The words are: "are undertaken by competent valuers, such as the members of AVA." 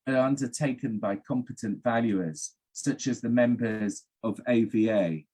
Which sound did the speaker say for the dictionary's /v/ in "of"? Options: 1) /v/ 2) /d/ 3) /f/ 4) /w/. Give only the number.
1